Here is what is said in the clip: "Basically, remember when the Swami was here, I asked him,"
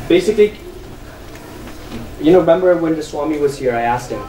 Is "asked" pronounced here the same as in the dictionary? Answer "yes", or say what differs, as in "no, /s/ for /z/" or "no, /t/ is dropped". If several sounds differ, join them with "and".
yes